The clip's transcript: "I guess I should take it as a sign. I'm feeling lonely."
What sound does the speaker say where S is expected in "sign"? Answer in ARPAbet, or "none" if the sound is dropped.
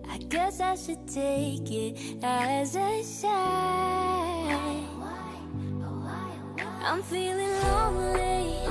SH